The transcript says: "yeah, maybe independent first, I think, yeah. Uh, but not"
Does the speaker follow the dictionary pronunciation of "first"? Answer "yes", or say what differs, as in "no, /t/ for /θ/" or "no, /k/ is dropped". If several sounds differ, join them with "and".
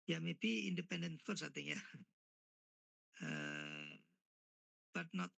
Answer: no, /t/ is dropped